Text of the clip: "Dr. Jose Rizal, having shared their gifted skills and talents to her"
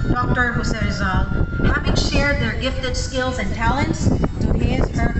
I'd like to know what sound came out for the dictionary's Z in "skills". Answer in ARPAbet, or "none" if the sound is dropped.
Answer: Z